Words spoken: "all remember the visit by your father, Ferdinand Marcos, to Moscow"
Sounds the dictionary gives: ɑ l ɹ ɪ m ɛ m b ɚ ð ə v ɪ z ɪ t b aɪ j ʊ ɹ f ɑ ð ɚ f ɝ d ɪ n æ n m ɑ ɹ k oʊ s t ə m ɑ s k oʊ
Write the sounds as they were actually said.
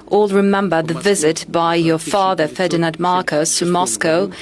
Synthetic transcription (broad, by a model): ɑ l ɹ ɪ m ɛ m b ɚ ð ə v ɪ z ɪ t b aɪ j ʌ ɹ f ɑ ð ɚ f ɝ d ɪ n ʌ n m ɑ ɹ k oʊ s t ə m ɑ s k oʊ